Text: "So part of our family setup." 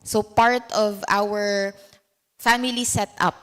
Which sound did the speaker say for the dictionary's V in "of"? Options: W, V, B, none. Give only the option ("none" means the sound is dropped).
V